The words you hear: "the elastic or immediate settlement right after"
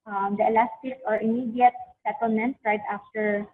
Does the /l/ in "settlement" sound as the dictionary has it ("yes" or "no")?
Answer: yes